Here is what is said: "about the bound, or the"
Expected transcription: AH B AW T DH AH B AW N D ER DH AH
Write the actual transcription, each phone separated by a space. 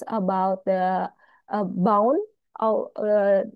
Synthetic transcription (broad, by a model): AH B AW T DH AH B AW N ER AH